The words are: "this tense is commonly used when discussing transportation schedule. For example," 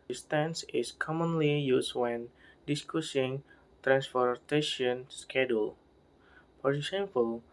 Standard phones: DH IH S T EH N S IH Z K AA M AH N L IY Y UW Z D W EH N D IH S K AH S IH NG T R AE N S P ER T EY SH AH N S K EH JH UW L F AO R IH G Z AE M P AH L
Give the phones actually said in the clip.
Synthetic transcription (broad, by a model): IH S T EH N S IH S K AA M AH N L IY Y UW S W EH N D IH S K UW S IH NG T R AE N S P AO T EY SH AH N S K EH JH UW L P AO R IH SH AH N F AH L